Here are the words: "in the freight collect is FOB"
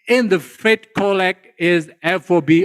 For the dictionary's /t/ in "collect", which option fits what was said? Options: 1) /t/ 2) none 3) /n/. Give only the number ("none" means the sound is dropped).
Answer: 2